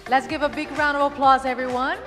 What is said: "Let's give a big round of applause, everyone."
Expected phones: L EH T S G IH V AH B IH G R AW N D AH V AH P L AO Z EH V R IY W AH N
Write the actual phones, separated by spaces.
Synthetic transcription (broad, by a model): L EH T S G IH V AH B IH G R AW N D AH V AH P L AO Z EH V R IY W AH N